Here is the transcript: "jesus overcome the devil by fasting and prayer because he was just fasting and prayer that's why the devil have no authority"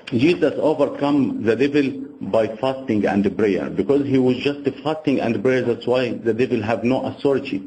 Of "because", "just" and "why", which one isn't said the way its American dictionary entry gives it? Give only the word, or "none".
none